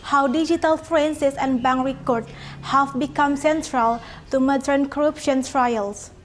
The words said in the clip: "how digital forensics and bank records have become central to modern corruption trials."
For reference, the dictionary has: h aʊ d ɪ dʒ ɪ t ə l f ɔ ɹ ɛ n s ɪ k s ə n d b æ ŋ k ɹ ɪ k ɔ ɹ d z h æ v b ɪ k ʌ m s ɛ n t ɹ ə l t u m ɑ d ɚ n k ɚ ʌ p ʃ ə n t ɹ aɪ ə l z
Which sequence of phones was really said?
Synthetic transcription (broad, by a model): h aʊ d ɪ dʒ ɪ t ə l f ɹ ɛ n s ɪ s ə n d b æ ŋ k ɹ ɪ k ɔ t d h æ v b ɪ k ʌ m s ɛ n t ɹ ə l t u m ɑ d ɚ n k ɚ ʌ p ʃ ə n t ɹ aɪ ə l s